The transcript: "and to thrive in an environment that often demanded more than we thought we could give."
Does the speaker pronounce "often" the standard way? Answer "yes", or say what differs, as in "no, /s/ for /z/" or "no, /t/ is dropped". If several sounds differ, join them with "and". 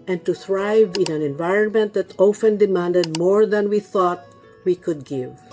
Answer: yes